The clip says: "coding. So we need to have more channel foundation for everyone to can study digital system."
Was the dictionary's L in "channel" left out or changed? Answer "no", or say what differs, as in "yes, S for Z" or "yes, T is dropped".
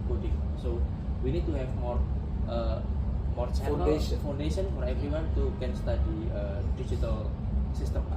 yes, N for L